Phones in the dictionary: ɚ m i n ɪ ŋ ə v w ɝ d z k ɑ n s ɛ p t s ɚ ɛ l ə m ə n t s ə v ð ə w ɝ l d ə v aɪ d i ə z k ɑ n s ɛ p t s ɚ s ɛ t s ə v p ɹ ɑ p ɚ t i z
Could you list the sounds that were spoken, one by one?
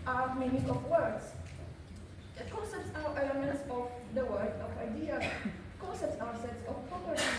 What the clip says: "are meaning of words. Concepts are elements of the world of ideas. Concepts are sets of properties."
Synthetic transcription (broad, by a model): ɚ m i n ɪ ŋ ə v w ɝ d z k ɑ n s ɛ p t s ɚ ɛ l ə m ə n t s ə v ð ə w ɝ d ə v aɪ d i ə k ɑ n s ɛ p t s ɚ s ɛ t s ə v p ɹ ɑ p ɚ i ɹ